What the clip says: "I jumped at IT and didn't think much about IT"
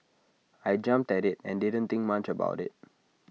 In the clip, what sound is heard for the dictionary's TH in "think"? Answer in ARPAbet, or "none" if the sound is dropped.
T